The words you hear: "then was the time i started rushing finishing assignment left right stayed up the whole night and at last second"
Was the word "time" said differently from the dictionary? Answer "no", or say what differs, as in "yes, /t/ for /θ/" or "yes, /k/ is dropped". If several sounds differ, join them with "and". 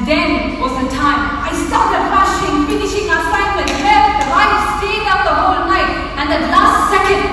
no